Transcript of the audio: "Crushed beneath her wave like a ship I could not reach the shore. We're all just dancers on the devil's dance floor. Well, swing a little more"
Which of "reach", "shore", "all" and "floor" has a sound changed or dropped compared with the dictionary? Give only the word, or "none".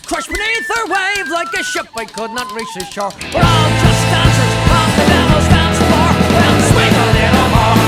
floor